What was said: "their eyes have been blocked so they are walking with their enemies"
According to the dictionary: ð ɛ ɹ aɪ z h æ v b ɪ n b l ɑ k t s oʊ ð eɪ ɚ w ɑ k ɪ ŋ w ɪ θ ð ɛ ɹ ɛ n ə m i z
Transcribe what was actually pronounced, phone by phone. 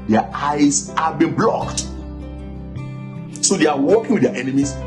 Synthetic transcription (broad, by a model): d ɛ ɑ aɪ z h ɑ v b ɪ n b l ɑ k t s oʊ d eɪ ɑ w ɑ k ɪ ŋ w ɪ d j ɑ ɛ n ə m i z